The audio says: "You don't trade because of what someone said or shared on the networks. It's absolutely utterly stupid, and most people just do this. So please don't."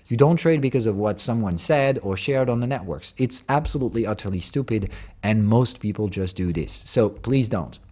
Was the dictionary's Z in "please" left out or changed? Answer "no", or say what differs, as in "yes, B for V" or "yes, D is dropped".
no